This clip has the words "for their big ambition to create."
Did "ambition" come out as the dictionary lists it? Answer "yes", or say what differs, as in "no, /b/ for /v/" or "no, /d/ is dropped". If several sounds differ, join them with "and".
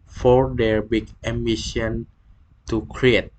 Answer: no, /b/ is dropped